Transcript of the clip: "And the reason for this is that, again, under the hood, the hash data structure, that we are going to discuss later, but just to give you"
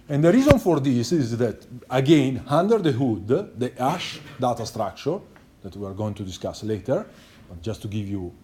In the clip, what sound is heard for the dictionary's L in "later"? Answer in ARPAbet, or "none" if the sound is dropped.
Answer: L